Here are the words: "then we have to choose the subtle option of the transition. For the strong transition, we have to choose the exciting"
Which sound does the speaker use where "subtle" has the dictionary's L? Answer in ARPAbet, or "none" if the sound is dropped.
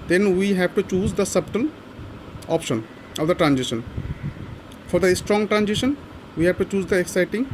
N